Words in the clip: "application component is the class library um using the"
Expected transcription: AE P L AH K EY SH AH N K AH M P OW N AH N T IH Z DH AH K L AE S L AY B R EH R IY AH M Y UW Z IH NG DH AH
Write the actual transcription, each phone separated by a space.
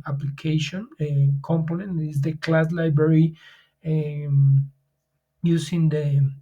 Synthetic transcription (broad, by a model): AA P L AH K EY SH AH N K AH M P OW N AH N T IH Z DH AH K L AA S L AY B R EH R IY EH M Y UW S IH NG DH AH